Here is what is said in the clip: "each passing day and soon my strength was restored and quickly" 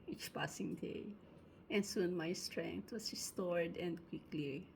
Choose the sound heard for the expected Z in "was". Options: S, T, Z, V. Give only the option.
S